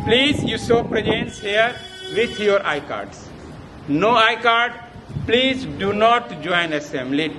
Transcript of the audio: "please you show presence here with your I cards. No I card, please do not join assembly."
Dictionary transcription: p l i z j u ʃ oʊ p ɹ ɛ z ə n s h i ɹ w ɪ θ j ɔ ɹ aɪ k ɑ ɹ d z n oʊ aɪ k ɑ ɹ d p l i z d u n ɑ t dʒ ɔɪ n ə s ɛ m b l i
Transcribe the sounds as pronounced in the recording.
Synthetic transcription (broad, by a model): p l i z j u s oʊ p ɹ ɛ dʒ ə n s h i ɹ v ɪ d j ɔ ɹ aɪ k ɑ ɹ d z n oʊ aɪ k ɑ ɹ d p l i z d u n ɑ t dʒ ɔɪ n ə s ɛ m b l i